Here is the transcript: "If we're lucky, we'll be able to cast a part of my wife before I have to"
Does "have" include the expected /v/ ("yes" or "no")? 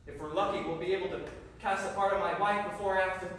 no